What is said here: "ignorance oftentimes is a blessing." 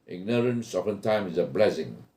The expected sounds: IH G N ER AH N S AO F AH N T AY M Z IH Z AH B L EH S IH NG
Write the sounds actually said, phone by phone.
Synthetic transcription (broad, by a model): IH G N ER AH N S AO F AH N T AY M IH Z AH B L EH S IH NG